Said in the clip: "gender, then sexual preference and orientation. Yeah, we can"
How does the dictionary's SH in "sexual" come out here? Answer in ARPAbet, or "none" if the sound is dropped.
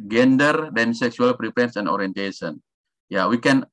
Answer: S